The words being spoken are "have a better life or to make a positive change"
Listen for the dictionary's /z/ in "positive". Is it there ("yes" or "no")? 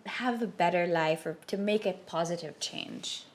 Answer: yes